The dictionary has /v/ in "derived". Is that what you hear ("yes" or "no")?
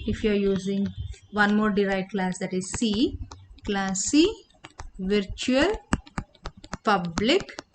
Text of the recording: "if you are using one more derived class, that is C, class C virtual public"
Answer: no